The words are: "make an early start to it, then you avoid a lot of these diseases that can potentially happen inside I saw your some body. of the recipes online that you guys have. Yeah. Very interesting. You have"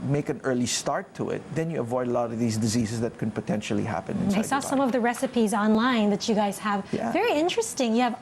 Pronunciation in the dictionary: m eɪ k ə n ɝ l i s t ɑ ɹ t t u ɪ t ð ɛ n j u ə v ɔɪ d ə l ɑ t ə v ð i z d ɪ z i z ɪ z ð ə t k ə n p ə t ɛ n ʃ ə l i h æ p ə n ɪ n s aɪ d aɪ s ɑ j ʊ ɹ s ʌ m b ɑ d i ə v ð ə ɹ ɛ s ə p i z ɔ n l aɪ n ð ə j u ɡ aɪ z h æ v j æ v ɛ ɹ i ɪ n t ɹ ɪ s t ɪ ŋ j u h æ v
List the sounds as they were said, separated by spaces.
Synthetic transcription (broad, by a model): m eɪ k ə n ɝ l i s t ɑ ɹ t t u ɪ t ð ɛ n j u ə v ɔɪ d ə l ɑ t ə v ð i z d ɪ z i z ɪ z ð ə t k ə n p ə t ɛ n ʃ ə l i h æ p ə n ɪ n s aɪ aɪ s ɑ s ʌ m ə v ð ə ɹ ɛ s ə p i z ɔ n l aɪ n ð ə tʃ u ɡ aɪ z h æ v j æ v ɛ ɹ i ɪ n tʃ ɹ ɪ s t ɪ ŋ j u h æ v